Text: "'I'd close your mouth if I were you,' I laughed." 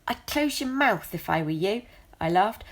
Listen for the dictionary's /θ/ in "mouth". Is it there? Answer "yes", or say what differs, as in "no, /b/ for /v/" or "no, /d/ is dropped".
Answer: yes